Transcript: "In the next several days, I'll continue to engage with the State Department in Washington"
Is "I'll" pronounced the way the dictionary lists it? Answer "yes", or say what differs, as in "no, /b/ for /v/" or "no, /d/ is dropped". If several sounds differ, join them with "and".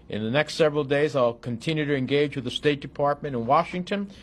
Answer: yes